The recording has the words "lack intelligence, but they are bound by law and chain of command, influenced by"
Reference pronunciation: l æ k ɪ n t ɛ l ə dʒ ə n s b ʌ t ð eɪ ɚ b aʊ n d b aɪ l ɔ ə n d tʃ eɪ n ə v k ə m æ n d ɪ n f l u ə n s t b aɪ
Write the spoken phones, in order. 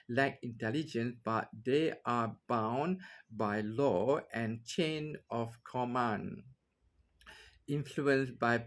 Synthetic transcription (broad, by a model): l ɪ k ɪ n t ɛ l ə dʒ ə n s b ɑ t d eɪ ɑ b aʊ n b aɪ l ɔ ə n tʃ eɪ n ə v k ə m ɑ n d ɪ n f l u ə n s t b aɪ